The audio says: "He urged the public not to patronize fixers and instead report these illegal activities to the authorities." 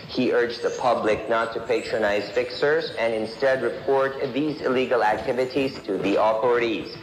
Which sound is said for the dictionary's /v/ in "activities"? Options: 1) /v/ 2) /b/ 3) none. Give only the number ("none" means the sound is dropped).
1